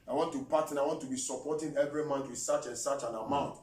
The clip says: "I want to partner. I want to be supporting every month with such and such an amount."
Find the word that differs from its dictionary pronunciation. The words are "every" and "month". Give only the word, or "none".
month